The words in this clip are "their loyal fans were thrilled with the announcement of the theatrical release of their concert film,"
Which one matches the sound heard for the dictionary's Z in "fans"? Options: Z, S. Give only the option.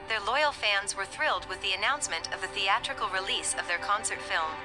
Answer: Z